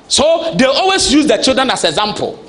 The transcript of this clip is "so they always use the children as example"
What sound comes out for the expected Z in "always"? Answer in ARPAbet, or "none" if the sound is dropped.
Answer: S